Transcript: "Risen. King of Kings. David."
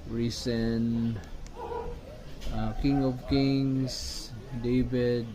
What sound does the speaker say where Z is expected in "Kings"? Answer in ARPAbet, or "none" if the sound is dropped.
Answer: S